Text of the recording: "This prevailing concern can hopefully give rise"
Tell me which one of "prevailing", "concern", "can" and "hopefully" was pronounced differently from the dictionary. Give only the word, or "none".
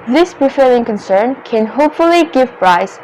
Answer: prevailing